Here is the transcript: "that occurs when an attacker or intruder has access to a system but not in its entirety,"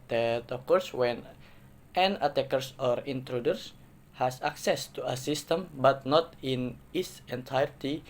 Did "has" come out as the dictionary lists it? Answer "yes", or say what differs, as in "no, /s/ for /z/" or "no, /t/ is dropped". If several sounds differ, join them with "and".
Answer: no, /s/ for /z/